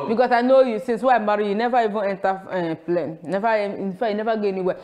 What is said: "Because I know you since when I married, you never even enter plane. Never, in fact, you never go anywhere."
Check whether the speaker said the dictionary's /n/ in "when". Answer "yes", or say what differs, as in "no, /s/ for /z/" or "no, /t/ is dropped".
no, /n/ is dropped